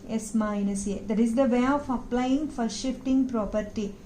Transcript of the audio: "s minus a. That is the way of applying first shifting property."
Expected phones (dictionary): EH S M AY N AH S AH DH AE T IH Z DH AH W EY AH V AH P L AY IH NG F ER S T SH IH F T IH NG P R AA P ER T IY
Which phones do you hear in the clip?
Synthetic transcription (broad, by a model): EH S M AY N AH S AH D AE T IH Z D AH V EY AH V AH P L AY IH NG F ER T SH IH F T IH NG P R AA P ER T IY